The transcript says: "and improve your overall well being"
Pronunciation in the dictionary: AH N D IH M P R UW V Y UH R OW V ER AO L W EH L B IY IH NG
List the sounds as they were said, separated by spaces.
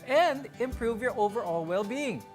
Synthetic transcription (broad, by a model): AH N D IH M P R UW V Y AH R OW V ER AO L W EH L B IY IH NG